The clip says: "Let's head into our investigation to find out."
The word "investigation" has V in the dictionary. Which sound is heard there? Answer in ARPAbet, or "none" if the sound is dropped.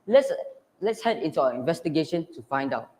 V